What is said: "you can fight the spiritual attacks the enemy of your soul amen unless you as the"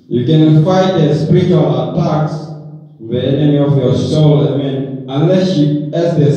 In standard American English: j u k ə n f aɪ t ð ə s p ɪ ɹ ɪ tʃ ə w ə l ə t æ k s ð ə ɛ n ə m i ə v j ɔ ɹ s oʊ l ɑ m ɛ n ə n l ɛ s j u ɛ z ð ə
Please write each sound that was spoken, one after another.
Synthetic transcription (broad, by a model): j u k ə n f aɪ t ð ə s p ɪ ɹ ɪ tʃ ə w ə l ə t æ k s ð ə ɛ n ə m i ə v j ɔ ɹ s oʊ l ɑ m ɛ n ə n l ɛ s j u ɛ s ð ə